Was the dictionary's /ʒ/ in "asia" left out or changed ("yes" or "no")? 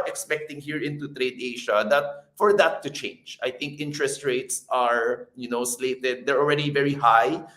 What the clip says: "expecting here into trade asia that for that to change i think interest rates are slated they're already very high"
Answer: yes